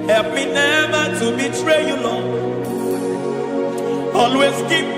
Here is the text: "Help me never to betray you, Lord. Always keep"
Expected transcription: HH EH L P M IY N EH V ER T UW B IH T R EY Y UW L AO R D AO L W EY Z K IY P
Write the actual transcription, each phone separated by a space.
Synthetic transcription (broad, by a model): HH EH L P M IY N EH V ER T UW B IH T R EY Y UW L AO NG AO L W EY S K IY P